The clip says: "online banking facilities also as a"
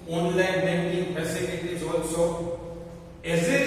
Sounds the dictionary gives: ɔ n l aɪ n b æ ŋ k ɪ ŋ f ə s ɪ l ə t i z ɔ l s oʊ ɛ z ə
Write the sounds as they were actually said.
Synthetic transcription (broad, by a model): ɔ n l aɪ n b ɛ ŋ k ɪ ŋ p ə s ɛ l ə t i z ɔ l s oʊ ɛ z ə